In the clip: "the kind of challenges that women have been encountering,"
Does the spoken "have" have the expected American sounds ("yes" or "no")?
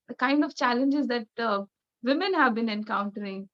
yes